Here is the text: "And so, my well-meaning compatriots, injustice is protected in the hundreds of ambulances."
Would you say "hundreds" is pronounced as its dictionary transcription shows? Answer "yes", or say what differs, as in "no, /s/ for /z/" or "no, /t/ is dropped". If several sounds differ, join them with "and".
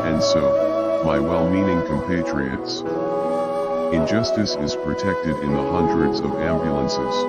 yes